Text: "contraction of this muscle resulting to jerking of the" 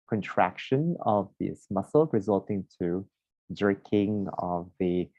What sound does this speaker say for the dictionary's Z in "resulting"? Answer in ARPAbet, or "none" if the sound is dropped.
Z